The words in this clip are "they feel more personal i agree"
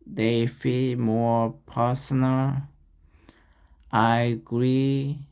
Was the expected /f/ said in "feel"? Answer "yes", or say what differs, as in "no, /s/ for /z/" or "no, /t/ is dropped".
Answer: yes